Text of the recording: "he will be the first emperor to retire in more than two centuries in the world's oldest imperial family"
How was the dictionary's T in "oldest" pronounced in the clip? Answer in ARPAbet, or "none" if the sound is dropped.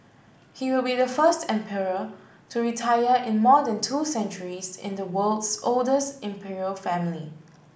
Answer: T